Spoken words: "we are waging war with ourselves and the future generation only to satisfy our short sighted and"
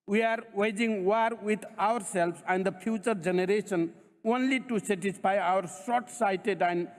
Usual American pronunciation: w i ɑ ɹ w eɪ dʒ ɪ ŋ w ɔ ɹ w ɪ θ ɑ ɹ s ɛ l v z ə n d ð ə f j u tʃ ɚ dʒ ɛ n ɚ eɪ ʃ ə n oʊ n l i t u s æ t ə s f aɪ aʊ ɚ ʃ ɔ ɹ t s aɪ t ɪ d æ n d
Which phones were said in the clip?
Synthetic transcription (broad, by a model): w i ɑ ɹ w eɪ dʒ ɪ ŋ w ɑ ɹ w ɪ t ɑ ɹ s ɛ l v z ə n d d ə p j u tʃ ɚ dʒ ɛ n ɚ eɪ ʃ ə n oʊ n l i t u s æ t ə s p aɪ aʊ ɚ s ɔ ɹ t s aɪ t ɪ d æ n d